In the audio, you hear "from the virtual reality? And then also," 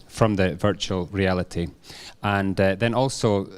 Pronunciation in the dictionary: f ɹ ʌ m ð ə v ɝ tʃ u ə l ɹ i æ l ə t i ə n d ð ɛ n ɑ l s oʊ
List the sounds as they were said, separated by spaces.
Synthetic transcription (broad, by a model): f ɹ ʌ m ð ə v ɝ tʃ u ə l ɹ i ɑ l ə t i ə n ð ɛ n ɑ l s oʊ